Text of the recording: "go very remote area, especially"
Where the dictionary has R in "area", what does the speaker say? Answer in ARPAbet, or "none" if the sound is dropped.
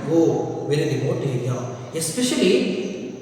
none